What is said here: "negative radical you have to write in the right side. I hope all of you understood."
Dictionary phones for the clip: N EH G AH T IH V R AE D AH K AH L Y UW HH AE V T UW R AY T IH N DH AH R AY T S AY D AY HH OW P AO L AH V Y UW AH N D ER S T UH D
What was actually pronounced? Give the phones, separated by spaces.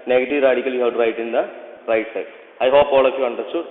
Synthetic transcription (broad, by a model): N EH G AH T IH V R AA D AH K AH L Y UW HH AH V T UW R AY T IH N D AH R AY T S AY AY HH OW P AO L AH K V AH N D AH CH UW